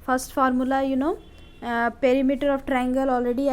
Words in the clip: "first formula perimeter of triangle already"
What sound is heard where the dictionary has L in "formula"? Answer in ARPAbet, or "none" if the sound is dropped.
N